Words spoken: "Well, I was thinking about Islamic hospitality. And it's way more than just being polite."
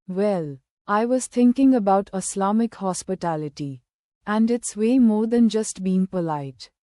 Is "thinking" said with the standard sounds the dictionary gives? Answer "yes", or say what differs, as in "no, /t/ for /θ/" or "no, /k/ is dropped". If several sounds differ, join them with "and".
no, /t/ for /θ/